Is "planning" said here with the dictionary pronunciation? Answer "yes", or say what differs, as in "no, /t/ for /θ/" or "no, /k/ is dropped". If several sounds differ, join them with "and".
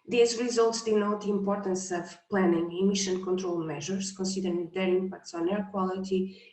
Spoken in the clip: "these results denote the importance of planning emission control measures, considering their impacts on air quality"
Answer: yes